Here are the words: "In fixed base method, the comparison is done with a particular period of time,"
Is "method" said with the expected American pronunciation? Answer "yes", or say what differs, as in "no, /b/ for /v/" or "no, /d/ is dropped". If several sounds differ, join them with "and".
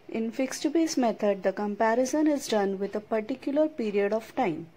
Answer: no, /t/ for /θ/